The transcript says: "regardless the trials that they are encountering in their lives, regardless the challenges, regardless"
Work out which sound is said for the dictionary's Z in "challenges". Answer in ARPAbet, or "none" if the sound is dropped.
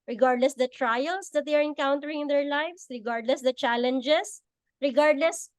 S